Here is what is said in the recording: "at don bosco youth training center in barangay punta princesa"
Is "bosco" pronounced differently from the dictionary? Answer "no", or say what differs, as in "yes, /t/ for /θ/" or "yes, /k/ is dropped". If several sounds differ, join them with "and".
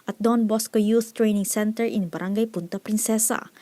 no